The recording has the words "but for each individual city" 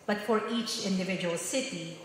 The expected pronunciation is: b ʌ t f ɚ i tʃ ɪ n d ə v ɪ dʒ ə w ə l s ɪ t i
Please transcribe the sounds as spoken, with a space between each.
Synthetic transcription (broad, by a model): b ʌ t f ɚ i tʃ ɪ n d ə v ɪ dʒ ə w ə l s ɪ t i